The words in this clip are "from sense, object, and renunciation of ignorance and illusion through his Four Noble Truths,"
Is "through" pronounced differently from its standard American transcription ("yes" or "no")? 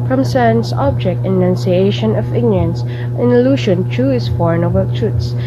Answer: yes